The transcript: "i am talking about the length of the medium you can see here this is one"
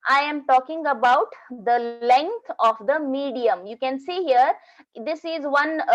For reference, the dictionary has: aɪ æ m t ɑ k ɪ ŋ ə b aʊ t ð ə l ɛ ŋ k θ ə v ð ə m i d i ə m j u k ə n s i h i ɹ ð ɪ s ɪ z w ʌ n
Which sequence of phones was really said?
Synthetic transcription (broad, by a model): aɪ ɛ m t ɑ k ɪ ŋ ə b aʊ t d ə l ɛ ŋ k t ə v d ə m i d i ə m j u k ə n s i h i ɹ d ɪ s ɪ z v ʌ n